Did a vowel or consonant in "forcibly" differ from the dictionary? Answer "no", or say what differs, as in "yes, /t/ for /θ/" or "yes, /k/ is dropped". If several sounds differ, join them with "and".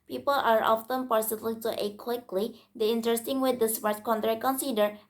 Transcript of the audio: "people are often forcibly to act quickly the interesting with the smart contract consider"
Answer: yes, /p/ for /f/